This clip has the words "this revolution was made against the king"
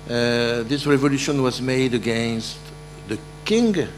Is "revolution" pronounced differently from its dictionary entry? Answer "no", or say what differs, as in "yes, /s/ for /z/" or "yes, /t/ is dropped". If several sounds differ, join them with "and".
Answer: no